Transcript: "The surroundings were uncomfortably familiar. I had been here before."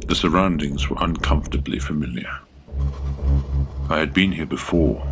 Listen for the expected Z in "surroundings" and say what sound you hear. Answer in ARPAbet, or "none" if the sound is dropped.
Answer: Z